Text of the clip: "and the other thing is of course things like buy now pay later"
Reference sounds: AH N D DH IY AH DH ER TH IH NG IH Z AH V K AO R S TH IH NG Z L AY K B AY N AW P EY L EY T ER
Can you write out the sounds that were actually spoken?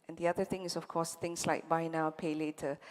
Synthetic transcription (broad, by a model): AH N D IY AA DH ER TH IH NG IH S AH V K AO S T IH NG S L AY K B AY N AW P EY L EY T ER